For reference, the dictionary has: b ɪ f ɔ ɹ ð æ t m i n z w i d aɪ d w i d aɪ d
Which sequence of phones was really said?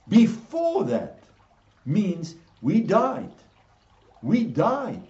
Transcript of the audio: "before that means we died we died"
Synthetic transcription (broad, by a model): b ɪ f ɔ ɹ ð æ t m i n z w i d aɪ d w i d aɪ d